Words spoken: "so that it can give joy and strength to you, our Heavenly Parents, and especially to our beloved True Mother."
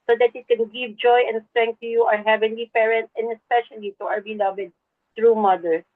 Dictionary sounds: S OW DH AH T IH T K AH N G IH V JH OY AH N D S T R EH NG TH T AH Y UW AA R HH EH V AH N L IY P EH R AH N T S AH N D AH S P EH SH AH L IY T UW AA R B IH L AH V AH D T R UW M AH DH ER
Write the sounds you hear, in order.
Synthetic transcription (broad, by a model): S OW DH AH T IH T K AH N G IH V JH OY AH N D S T R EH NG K T AH Y UW AA R HH EH V AH N L IY P EH R AH N T S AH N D AH S P EH SH AH L IY T UW AA R B IH L AH V AH D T R UW M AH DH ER